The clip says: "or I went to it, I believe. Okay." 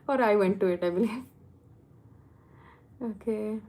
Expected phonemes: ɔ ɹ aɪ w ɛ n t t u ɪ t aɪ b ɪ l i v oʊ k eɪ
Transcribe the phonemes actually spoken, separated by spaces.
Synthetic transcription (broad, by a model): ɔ ɹ aɪ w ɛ n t t u ɪ t aɪ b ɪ l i oʊ k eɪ